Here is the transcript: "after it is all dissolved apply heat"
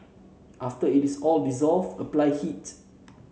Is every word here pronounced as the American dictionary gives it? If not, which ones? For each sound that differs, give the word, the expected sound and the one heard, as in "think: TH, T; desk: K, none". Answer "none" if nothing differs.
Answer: is: Z, S; dissolved: D, none